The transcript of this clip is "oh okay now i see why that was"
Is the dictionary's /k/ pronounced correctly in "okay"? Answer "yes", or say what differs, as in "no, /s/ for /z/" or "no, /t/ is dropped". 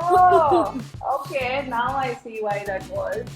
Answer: yes